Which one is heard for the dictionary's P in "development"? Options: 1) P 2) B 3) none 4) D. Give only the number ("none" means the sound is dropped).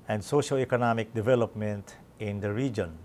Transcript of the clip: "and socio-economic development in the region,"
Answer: 1